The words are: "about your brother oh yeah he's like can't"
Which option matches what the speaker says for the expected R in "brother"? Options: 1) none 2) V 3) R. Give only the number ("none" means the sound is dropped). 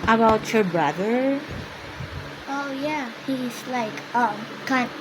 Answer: 3